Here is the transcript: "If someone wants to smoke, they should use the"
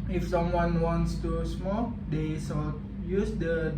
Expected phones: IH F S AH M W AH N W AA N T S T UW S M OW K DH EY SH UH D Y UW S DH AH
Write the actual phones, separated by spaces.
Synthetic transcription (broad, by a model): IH F S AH M W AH N W AA N T S T UW S M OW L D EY S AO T Y UW S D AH